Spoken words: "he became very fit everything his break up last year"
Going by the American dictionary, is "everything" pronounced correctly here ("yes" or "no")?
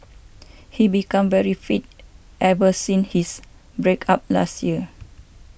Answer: no